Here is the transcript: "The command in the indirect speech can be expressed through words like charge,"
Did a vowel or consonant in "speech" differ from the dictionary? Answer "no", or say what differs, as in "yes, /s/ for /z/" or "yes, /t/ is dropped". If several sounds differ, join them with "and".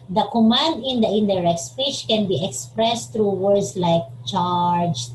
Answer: yes, /f/ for /p/